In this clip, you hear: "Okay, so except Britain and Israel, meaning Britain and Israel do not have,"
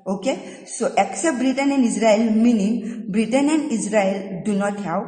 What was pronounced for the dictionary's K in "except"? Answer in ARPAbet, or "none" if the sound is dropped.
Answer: K